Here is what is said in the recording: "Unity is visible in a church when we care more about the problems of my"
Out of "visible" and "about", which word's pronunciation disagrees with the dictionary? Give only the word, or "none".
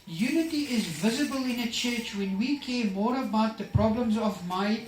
none